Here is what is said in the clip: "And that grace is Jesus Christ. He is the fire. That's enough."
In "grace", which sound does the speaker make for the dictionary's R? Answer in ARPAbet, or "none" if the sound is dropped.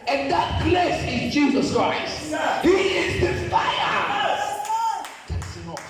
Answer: L